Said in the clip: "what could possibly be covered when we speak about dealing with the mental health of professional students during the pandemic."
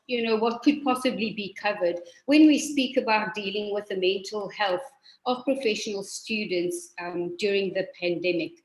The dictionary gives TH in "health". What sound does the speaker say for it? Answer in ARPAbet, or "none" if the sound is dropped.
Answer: TH